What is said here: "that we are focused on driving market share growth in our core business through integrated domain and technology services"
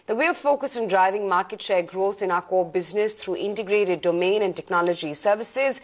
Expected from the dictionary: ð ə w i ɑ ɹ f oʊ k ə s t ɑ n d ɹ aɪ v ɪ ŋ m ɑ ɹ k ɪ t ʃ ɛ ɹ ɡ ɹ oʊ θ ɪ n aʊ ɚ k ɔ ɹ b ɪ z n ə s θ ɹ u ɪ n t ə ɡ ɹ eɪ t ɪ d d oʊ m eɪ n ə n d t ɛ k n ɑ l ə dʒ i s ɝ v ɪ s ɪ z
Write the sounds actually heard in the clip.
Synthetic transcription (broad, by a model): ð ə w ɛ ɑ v f oʊ k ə s ɪ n d ɹ aɪ v ɪ ŋ m ɑ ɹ k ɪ t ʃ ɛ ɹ ɡ ɹ oʊ t ɪ n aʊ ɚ k ɔ b ɪ z n ə s t ɹ u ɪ n t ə ɡ ɹ eɪ t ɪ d d oʊ m eɪ n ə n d t ɛ k n ɑ l ə dʒ i s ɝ v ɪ s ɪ z